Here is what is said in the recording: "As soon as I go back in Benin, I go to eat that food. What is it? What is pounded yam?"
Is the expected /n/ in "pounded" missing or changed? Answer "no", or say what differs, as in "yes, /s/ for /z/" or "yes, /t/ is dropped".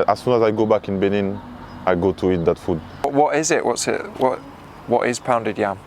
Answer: no